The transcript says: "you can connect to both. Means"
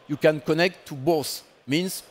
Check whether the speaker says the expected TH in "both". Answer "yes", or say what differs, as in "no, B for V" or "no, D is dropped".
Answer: no, S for TH